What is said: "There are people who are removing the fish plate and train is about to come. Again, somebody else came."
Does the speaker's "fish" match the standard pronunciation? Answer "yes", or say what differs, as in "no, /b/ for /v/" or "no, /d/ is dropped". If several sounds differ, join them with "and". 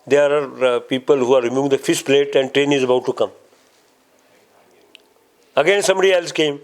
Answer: no, /s/ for /ʃ/